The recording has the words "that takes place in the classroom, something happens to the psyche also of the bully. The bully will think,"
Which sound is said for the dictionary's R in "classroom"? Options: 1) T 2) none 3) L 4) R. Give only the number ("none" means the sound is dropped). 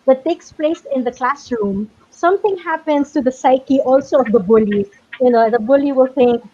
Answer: 4